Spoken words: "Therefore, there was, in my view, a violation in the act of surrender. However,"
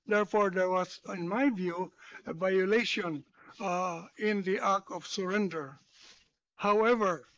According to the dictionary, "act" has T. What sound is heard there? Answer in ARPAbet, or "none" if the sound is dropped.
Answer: none